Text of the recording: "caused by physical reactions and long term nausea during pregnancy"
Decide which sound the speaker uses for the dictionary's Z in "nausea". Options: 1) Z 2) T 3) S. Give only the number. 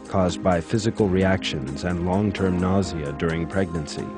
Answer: 1